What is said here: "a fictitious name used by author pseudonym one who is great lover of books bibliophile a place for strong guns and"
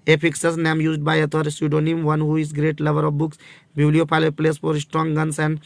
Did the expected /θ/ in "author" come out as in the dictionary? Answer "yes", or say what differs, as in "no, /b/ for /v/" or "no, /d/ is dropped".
no, /t/ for /θ/